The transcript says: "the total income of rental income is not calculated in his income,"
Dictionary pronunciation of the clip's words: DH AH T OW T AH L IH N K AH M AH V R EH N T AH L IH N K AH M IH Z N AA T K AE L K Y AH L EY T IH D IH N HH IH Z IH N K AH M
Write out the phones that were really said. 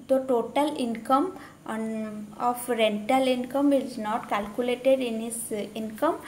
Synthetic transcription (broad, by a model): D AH T OW T AH L IH N K AH M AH F R EH N T AH L IH N K AH M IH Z N AA T K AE L K Y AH L EY T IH D IH N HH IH S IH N K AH M